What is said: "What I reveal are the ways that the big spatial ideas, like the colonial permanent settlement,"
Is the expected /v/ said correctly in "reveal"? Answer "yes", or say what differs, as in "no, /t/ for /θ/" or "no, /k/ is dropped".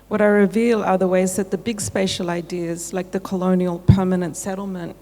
yes